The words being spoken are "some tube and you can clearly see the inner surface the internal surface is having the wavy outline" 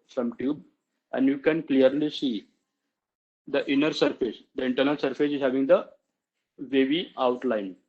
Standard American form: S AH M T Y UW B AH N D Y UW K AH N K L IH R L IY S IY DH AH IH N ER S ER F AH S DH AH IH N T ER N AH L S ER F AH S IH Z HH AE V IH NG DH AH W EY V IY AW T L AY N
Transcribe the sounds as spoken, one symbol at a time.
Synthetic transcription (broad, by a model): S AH M T Y UW B AH N D Y UW K AH N K L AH R L IY S IY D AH IH N ER S ER F AH S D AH IH N T ER N AH L S ER F AH S IH Z HH AE V IH NG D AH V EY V IY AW T L AY N